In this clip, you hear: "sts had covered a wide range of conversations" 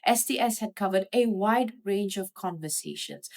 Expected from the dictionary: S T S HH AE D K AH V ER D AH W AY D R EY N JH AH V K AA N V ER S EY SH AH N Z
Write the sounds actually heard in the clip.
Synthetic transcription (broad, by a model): S T S HH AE D K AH V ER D AH W AY D R EY N JH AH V K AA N V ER S EY SH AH N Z